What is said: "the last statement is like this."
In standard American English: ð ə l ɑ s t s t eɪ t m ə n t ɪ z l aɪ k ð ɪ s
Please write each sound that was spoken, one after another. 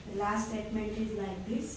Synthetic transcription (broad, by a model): l ɑ s t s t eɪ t m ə n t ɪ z n aɪ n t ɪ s